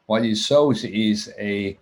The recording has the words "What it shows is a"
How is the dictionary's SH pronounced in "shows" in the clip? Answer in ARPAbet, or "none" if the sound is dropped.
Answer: S